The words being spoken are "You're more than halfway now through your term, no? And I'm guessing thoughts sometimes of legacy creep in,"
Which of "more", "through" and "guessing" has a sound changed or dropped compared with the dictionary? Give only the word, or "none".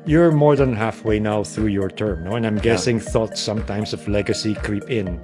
none